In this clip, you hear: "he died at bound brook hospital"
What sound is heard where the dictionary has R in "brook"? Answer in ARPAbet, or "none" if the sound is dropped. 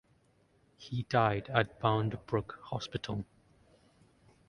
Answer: R